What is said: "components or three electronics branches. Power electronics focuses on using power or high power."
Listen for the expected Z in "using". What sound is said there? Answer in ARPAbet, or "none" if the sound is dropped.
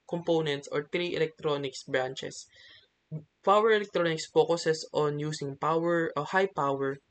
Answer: S